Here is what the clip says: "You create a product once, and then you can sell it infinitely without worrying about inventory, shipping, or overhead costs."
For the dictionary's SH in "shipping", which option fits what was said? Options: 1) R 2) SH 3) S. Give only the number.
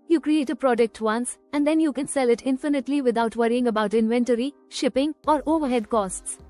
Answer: 2